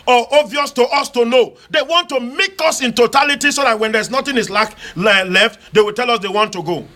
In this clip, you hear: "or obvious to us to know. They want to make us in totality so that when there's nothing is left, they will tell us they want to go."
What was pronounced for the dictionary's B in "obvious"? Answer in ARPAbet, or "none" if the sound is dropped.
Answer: none